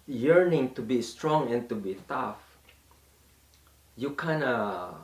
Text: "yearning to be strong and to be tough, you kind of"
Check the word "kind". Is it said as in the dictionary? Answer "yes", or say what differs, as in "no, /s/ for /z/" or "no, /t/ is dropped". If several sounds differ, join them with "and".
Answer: no, /d/ is dropped